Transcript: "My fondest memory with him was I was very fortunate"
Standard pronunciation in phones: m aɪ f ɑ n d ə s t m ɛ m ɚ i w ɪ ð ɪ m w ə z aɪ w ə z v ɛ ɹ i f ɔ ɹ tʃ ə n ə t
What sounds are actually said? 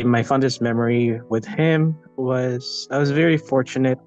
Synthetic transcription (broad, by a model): m aɪ f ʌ n d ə s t m ɛ m ɚ i w ɪ ð ɪ m w ə z aɪ w ə z v ɛ ɹ i f ɔ ɹ tʃ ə n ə t